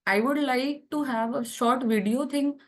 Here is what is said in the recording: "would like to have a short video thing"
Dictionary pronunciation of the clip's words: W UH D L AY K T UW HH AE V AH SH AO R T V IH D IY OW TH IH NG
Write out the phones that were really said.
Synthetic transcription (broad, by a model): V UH D L AY K T UW HH AE V AH SH AO R T V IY D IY OW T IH NG